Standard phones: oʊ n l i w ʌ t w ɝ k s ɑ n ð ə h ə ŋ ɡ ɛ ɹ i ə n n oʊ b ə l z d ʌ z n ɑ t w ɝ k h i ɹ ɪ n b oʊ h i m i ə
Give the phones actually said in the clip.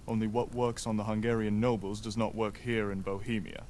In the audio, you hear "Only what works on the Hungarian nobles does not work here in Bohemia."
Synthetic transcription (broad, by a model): oʊ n l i w ʌ t w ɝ k s n ð ə h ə ŋ ɡ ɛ ɹ i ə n n oʊ b ə l z d ʌ z n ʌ t w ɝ k h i ɹ ɪ n b oʊ h i m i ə